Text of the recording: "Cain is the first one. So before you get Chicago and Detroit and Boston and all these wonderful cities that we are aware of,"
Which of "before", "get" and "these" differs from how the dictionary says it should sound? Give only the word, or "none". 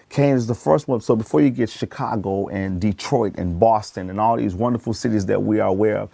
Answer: none